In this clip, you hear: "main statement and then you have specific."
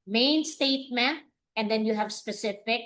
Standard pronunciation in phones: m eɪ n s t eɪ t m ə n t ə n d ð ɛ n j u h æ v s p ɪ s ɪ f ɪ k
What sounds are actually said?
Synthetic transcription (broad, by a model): m eɪ n s t eɪ t m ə t ə n d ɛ n j u h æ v s p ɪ s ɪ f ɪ k